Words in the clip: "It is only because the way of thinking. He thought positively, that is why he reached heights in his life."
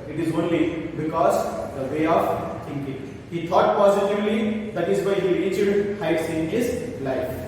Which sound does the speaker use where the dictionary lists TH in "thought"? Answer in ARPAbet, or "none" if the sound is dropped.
T